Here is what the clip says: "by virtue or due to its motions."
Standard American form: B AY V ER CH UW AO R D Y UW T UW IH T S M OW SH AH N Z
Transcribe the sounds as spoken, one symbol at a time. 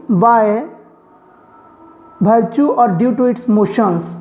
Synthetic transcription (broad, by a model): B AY B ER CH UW AO R D Y UW T UW IH T S M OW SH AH N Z